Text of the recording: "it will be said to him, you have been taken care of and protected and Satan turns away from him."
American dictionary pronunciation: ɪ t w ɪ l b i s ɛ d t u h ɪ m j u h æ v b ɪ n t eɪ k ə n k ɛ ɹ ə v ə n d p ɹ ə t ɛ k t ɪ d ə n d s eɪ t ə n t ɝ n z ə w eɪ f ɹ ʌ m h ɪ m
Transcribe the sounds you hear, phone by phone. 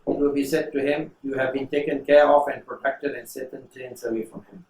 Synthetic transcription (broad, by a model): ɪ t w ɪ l b i s ɛ d t u h ɪ m j u h æ v b ɪ n t eɪ k ə n k ɛ ɹ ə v ə n d p ɹ ə t ɛ k t ɪ d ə n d s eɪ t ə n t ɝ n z ə w eɪ f ɹ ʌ m h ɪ m